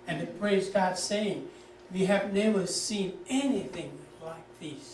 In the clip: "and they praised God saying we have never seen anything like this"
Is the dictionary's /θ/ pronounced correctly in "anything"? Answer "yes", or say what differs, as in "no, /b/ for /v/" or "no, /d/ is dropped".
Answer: yes